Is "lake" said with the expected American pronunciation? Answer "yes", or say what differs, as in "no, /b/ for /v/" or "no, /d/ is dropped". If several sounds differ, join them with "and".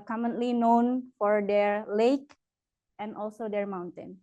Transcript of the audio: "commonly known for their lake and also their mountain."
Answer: yes